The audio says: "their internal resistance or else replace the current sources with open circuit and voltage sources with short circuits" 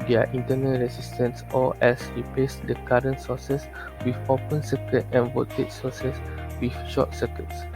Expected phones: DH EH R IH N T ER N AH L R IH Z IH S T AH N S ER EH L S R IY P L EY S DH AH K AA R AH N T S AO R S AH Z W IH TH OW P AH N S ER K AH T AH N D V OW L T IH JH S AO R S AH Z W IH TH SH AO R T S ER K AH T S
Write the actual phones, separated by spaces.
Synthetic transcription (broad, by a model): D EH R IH N T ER N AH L R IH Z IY S T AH N S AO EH S R IY P L EY S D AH K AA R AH N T S AO S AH S W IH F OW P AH N S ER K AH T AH N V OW T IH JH S AO S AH S W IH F SH AO T S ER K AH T S